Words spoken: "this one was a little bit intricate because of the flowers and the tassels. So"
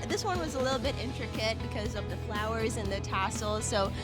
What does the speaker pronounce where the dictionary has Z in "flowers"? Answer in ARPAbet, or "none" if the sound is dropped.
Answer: Z